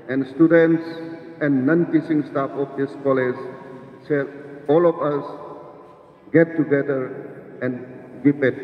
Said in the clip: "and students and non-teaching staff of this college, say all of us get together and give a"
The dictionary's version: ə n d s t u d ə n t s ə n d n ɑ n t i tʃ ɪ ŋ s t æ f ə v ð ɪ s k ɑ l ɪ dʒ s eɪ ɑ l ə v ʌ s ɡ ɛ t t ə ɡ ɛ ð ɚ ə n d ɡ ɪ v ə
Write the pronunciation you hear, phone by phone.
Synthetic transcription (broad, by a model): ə n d s t u d ə n t s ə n n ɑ n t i s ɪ ŋ s t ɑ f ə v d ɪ s k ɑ l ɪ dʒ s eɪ ɑ l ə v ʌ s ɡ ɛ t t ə ɡ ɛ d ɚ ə n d ɡ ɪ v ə